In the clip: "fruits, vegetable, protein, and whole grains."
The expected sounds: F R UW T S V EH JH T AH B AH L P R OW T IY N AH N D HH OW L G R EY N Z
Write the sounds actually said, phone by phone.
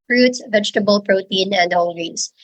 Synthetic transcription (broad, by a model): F R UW T S V EH JH T AH B AH L P R OW T IY N AH N D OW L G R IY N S